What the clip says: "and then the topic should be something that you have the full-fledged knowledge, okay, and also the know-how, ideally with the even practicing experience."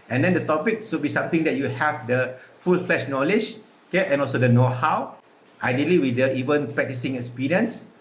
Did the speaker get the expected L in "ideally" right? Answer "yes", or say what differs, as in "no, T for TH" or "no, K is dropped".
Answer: yes